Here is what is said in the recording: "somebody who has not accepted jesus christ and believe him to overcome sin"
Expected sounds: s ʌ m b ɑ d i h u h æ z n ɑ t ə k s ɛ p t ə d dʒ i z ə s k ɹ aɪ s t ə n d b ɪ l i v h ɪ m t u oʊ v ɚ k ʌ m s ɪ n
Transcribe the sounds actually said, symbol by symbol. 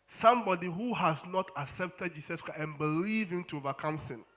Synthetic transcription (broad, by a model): s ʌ m b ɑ d i h u h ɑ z n ɑ t ə k s ɛ p t ə d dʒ i s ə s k ɹ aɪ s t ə n b ɪ l i v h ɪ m t u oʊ v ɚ k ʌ m s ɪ n